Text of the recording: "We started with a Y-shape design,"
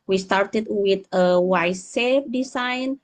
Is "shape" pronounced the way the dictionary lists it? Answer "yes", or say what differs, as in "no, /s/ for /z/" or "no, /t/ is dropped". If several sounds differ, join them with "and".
no, /s/ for /ʃ/